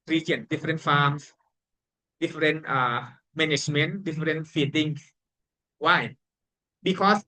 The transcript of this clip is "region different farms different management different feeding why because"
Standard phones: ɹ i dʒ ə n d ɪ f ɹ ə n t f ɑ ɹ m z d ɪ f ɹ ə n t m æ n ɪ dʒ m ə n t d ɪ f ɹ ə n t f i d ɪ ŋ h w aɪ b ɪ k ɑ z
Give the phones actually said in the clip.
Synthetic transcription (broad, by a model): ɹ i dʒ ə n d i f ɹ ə n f ɑ m s d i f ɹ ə n t m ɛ n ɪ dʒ m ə n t d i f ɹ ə n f i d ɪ ŋ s w aɪ b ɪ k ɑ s